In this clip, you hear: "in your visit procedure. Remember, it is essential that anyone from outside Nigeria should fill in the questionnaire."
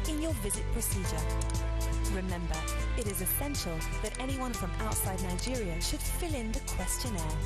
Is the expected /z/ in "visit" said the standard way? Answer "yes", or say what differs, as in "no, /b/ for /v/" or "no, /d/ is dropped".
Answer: yes